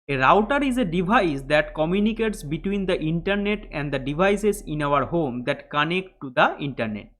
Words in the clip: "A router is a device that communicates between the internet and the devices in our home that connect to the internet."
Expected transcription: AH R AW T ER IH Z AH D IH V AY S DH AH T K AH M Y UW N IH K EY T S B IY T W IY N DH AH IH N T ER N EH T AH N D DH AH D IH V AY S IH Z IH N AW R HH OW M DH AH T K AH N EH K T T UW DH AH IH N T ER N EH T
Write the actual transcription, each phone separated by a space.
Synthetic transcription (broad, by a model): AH R AW T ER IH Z AH D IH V AY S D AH T K AH M Y UW N IH K EY T S B IY T W IY N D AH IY N T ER N EH T AH N D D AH D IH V AY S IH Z IH N AW R HH OW M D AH T K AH N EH K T T UW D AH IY N T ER N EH T